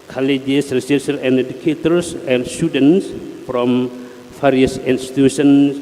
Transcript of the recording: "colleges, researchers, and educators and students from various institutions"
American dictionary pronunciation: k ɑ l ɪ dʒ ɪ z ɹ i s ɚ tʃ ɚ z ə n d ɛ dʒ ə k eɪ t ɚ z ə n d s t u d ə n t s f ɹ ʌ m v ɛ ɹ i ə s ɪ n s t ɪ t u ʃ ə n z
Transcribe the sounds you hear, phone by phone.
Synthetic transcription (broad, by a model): k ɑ l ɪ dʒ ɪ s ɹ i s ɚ s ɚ ə n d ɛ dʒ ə k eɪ t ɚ s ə n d s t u d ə n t s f ɹ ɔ m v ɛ ɹ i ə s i n s t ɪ t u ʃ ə n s